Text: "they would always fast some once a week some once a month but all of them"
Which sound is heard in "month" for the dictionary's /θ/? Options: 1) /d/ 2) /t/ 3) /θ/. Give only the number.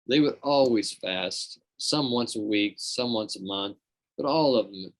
3